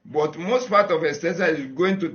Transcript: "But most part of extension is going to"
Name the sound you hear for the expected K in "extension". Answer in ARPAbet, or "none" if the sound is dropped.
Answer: none